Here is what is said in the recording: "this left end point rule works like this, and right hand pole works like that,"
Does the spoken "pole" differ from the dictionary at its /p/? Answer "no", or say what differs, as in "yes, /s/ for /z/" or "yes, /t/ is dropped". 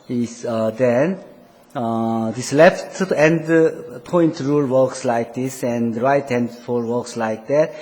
yes, /f/ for /p/